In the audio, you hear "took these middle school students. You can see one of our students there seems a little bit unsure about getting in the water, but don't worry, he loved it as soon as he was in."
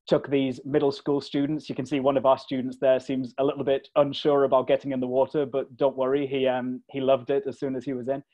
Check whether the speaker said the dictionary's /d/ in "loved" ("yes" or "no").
yes